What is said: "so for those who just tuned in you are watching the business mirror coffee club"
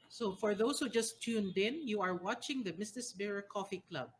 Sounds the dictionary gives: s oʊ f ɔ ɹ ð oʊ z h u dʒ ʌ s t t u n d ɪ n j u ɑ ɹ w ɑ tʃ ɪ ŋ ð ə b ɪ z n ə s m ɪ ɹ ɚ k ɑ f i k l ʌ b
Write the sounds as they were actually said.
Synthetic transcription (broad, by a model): s oʊ f ɔ ɹ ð oʊ s h u dʒ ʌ s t t u n d ɪ n j u ɑ ɹ w ɑ tʃ ɪ ŋ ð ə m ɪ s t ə s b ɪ ɹ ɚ k ɑ f i k l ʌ b